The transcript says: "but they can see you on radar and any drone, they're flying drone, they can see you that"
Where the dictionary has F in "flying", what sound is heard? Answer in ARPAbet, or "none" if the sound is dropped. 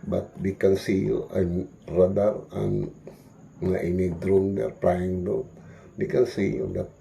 P